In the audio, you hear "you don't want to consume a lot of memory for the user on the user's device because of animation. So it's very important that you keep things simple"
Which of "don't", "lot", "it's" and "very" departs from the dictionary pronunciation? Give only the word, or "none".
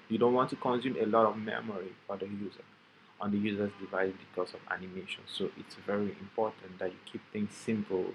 none